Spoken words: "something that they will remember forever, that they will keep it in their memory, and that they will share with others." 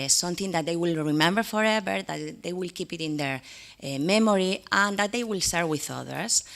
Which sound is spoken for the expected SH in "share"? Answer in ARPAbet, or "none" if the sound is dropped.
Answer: S